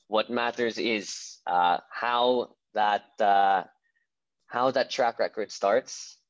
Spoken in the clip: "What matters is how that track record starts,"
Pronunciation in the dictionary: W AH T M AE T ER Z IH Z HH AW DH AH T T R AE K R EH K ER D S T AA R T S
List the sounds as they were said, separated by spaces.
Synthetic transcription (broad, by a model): W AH T M AE T ER Z IH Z HH AW DH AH T T R AE K R EH K ER D S T AA R T S